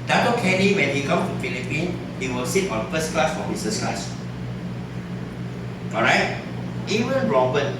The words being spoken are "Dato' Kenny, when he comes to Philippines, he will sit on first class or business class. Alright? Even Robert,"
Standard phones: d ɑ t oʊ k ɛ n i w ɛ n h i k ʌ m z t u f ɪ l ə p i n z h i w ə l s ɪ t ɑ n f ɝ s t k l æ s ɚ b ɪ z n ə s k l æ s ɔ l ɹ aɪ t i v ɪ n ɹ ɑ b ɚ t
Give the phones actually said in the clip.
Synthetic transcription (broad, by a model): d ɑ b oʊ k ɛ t i w ɛ n h i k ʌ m t u f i l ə p i n h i w ə l s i t ɑ n f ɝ s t k l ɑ s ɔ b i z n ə s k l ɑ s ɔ ɹ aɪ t i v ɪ n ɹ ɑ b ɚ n